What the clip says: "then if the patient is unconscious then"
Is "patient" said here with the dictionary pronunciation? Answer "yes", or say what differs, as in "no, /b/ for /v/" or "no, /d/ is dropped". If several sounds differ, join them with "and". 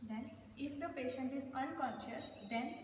yes